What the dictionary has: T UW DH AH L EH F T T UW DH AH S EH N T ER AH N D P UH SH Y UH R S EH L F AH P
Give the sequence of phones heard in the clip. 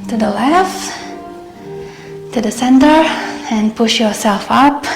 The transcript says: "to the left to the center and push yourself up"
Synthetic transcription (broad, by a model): T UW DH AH L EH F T T UW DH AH S EH N T ER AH N P UH SH Y UH R S EH L F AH P